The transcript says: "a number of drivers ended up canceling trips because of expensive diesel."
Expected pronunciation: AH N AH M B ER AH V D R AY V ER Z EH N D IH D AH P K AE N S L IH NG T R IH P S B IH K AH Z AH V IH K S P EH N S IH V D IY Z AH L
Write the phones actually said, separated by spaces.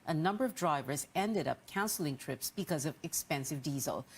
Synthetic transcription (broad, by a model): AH N AH M B ER AH V D R AY V ER Z EH N D IH D AH P K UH N S L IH NG T R IH P S B IH K AH Z AH V IH K S P EH N S IH V D IY Z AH L